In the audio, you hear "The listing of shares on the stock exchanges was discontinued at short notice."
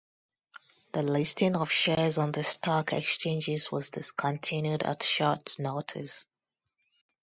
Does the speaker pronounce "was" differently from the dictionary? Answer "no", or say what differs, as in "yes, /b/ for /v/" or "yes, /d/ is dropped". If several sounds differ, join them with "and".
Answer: no